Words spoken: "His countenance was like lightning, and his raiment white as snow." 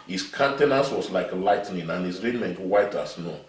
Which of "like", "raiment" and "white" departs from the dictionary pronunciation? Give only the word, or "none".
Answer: none